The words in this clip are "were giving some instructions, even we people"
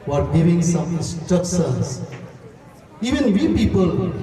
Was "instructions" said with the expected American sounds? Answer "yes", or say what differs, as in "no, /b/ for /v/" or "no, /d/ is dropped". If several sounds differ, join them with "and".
no, /n/ is dropped and /ɹ/ is dropped and /s/ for /ʃ/